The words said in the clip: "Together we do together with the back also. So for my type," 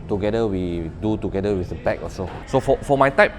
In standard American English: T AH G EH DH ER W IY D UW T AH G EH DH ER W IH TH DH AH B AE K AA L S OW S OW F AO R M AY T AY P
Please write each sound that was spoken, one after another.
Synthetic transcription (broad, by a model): T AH G EH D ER W IY D UW T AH G EH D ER W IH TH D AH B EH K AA S OW S OW F AO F M AY T AY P